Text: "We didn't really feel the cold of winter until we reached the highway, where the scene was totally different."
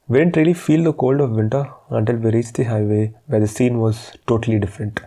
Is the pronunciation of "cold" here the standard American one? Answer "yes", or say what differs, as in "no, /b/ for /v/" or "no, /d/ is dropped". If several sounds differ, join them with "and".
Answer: yes